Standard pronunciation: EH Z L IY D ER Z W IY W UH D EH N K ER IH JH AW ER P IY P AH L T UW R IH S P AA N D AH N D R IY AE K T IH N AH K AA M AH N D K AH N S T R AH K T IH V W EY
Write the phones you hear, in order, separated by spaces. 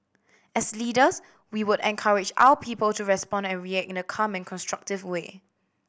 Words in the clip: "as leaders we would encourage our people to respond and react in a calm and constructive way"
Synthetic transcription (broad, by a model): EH S L IY D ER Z W IY W UH D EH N K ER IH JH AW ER P IY P AH L T UW R IH S P AA N D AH N R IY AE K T IH N AH K AA M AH N K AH N S T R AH K T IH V W EY